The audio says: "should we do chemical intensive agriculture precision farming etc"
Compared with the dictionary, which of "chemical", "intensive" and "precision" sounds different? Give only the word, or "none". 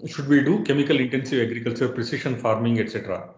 precision